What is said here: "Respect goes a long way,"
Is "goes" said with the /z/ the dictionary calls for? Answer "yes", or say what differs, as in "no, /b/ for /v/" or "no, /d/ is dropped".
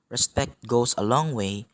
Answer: no, /s/ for /z/